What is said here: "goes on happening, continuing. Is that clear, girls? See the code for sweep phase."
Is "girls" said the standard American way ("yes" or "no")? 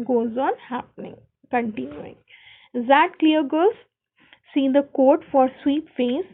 no